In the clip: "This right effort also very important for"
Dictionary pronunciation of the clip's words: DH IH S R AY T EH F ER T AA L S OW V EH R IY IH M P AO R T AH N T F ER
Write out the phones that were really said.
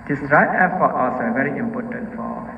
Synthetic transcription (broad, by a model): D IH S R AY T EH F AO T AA S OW V EH R IY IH M P AO T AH N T F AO